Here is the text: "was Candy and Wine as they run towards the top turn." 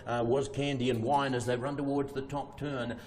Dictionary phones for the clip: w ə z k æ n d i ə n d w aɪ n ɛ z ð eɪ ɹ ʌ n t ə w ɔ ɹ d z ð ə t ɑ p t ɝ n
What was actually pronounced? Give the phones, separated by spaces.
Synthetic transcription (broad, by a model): w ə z k æ n d i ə n w aɪ n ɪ z ð eɪ ɹ ʌ n t ə w ɔ ɹ d z ð ə t ɑ p t ɝ n